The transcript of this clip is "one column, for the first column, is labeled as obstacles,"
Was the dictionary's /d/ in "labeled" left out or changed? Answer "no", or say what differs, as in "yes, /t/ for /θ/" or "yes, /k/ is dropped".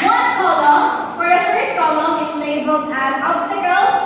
yes, /d/ is dropped